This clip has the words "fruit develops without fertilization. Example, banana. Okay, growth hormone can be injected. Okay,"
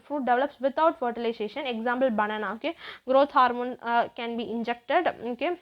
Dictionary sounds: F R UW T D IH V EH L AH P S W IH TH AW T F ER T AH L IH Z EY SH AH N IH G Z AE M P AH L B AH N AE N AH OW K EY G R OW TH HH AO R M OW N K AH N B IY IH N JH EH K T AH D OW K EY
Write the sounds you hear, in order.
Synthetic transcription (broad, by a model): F R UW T D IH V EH L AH P S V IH T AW T F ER T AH L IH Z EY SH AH N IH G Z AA M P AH L B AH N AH N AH OW K EY G R OW T HH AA R M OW N K AH N B IY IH N JH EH K T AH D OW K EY